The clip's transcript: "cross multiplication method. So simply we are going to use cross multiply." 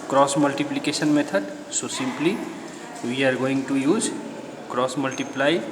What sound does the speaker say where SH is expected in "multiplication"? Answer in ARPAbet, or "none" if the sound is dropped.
S